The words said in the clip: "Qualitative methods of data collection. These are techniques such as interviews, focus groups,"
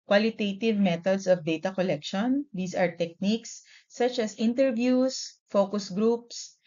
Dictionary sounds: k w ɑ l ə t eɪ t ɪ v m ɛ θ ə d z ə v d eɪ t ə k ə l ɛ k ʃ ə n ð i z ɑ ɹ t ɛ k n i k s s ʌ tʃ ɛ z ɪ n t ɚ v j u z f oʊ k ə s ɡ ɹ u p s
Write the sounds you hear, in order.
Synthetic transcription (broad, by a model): k w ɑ l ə t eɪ t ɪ v m ɛ t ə d s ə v d eɪ t ə k ə l ɛ k ʃ ə n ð i s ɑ ɹ t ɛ k n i k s s ʌ tʃ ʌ s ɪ n t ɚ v j u s f oʊ k ə s ɡ ɹ u p s